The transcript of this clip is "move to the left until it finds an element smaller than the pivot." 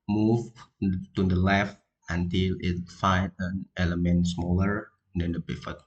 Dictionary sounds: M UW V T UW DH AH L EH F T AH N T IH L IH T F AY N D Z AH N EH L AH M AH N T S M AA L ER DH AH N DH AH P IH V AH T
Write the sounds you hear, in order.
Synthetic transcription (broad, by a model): M UW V T UW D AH L EH F T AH N T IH L IH T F AY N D AH N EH L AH M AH N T S M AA L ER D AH N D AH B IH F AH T